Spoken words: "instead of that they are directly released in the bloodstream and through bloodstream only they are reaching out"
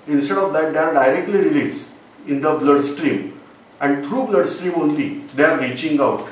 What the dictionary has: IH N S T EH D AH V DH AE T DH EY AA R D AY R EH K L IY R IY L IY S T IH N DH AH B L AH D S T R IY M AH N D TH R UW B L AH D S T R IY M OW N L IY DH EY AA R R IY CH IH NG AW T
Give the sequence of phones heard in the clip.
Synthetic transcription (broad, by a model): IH N S T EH D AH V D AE T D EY AA R D AY R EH K L IY R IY L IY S IH N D AH B L AH D S T R IY M AH N D T R UW B L AH D S T R IY M OW N L IY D EY AA R R IY CH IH NG AW T